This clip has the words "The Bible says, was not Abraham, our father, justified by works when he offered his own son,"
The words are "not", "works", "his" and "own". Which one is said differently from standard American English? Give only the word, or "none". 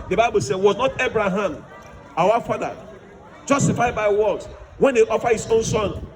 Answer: works